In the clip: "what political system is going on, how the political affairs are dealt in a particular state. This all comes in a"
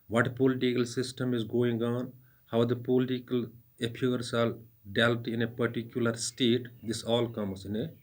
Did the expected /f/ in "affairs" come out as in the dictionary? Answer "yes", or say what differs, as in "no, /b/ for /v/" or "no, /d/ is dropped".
no, /p/ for /f/